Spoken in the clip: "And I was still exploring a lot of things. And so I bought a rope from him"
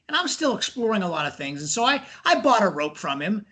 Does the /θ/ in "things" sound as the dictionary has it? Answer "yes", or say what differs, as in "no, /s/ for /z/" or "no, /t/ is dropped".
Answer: yes